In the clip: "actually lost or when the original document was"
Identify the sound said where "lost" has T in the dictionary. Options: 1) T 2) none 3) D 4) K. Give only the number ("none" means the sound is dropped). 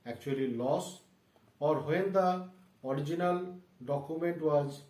2